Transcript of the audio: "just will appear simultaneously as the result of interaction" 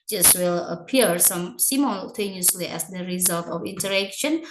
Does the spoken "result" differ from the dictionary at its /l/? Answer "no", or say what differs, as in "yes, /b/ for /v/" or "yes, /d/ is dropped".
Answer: no